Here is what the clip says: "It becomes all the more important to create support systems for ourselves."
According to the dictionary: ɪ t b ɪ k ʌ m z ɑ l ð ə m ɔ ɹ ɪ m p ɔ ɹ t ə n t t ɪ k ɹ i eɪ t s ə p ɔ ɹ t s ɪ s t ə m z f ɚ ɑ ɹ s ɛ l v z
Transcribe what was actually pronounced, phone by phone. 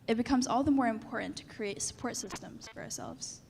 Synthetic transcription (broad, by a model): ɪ t b ɪ k ʌ m z ɑ l ð ə m ɔ ɹ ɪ m p ɔ ɹ t n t t ɪ k ɹ i eɪ t s ə p ɔ ɹ t s ɪ s t ə m z f ɚ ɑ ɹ s ɛ l v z